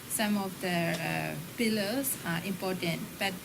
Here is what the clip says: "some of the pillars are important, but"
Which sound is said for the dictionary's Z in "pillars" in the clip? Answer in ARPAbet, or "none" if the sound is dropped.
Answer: S